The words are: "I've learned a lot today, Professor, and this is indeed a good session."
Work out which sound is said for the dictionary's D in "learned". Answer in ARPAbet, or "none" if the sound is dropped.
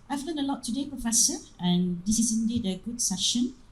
none